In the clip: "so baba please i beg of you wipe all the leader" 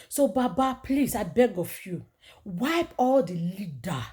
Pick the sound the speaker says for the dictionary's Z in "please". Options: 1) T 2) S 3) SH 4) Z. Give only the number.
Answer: 2